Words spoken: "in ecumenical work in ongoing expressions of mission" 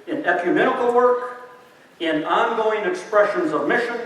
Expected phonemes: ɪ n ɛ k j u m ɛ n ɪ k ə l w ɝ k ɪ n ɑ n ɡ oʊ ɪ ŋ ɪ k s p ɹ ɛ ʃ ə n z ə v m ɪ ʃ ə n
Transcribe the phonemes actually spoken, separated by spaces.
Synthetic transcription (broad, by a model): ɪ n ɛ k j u m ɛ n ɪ k l w ɝ k ɪ n ɑ n ɡ oʊ ɪ ŋ ɪ k s p ɹ ɛ ʃ ə n z ə v m ɪ ʃ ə n